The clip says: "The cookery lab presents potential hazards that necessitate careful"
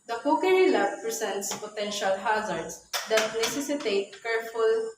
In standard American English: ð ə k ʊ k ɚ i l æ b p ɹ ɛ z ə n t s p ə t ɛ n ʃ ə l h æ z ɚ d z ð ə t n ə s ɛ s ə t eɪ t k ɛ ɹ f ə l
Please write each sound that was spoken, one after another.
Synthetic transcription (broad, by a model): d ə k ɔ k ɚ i l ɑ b p ɹ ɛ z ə n t s p ə t ɛ n ʃ ə l h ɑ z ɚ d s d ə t n ə s ɛ s ə t eɪ t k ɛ ɹ f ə l